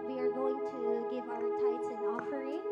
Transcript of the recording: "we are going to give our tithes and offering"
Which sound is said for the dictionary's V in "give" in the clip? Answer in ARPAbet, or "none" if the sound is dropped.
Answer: V